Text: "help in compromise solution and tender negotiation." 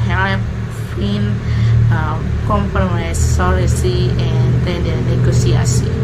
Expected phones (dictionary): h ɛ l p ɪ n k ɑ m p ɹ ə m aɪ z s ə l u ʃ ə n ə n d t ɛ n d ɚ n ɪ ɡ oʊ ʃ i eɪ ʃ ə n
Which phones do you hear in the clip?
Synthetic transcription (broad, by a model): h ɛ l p ɪ n k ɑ m p ɹ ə m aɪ s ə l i s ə ə n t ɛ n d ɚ n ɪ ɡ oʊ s i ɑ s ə